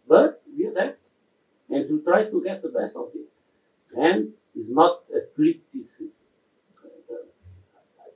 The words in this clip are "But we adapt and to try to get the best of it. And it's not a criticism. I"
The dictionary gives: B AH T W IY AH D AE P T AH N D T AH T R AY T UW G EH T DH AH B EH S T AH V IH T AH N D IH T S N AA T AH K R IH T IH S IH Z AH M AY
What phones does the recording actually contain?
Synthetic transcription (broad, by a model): B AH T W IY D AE T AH N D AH T R AY T UW G EH T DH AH B EH S T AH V IH T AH N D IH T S N AA T AH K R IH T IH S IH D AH AY